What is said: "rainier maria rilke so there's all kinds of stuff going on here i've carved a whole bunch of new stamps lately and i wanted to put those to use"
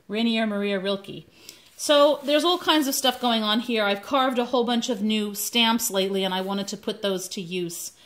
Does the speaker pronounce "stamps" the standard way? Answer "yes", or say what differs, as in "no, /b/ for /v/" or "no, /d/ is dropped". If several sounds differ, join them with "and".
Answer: yes